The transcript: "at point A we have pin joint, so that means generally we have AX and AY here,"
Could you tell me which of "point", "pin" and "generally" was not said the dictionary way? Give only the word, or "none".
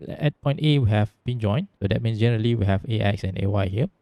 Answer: pin